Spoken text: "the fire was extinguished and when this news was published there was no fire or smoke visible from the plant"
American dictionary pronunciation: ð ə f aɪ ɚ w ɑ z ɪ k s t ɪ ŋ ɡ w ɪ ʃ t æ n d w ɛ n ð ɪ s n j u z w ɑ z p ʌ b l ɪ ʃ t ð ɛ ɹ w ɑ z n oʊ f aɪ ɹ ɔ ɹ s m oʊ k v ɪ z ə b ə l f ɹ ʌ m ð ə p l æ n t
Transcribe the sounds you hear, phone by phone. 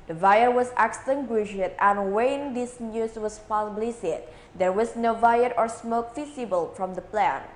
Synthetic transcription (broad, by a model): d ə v aɪ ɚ w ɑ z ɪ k s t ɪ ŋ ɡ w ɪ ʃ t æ n w ɛ n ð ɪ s n j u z w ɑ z p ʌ b l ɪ s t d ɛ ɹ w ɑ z n oʊ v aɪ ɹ ɔ ɹ s m oʊ k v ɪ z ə b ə l f ɹ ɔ m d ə p l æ n